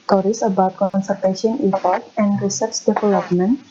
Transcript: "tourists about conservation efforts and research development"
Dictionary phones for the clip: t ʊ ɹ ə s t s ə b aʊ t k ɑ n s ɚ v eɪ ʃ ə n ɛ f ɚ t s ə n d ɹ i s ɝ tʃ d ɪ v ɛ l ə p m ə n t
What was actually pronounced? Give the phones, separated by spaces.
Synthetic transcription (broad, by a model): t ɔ ɹ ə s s ə b aʊ t k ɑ n s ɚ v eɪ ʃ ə n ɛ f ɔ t ə n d ɹ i s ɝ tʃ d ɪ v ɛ l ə p m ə n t